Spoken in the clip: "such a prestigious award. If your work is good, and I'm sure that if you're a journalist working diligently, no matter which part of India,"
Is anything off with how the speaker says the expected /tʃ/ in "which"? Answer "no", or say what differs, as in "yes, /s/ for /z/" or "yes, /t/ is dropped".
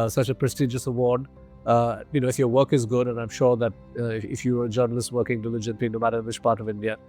no